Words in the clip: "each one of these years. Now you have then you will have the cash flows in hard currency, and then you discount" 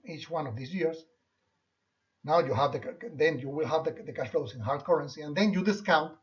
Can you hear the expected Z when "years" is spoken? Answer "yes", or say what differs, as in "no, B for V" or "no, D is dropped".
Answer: no, S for Z